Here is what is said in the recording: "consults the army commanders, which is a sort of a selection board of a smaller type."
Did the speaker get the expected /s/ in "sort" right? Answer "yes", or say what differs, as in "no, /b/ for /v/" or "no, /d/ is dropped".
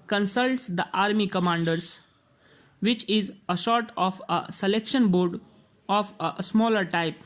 no, /ʃ/ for /s/